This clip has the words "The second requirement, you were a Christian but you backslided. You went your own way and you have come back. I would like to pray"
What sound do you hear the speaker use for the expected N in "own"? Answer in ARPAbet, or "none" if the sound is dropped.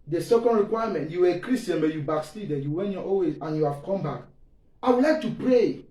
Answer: L